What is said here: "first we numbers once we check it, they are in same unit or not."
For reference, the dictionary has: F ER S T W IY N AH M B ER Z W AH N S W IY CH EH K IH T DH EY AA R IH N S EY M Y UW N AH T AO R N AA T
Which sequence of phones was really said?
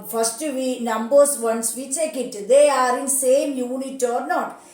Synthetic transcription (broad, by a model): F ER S T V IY N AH M B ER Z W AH N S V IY CH EH K IH T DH EY AA R IH N S EY M Y UW N AH T AO R N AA T